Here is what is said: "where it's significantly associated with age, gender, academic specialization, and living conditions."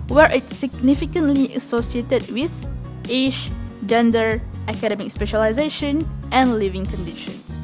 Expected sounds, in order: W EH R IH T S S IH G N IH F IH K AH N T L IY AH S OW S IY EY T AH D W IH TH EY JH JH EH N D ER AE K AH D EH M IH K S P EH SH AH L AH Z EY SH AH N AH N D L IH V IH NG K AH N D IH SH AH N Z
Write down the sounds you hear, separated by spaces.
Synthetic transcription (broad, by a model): W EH R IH T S S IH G N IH F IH K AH N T L IY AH S OW S IY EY T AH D W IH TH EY SH JH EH N D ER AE K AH D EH M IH K S P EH SH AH L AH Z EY SH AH N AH N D L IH V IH NG K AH N D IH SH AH N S